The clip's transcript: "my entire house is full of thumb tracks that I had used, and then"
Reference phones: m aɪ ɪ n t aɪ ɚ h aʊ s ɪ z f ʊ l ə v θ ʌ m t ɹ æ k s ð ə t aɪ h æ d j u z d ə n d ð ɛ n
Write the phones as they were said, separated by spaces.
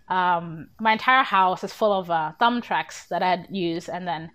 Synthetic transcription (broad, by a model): m aɪ ɪ n t aɪ ɚ h aʊ s ɪ z f ʊ l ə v θ ʌ m t ɹ æ k s ð ə t aɪ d j u z ə n ð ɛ n